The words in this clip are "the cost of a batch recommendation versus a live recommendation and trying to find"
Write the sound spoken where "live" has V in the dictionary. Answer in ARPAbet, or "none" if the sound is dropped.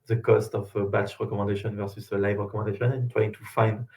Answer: V